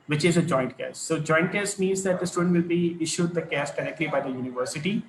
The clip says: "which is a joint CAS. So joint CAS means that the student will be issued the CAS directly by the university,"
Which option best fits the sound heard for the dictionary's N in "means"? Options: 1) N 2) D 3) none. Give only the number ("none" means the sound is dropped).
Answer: 1